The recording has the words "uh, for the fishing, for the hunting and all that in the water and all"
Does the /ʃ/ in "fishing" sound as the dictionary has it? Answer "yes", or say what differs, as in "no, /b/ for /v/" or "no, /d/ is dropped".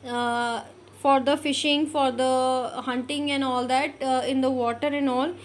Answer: yes